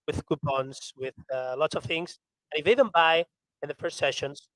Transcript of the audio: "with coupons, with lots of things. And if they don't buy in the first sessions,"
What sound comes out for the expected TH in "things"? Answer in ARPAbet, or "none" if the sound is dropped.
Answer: TH